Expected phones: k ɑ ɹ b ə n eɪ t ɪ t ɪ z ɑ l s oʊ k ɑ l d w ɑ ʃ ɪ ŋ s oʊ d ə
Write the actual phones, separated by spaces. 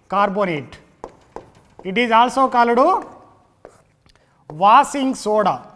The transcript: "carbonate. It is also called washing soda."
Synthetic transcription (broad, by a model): k ɑ ɹ b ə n eɪ t ɪ t ɪ z ɑ l s oʊ k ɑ l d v ɑ s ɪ ŋ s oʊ d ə